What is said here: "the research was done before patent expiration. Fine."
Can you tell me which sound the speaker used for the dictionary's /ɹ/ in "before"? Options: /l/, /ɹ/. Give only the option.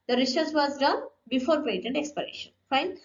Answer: /ɹ/